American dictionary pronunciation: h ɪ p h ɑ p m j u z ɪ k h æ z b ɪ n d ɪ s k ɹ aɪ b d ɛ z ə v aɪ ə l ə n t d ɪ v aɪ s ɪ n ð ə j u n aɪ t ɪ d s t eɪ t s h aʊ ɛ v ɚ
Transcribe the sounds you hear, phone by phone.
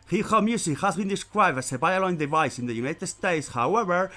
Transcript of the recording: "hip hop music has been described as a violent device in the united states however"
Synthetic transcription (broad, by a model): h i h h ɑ m j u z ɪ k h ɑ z b ɪ n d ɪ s k ɹ aɪ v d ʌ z ə b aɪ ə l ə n d ɪ v aɪ s ɪ n ð ə j u n aɪ t ɪ d s t eɪ t s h aʊ ɛ v ɚ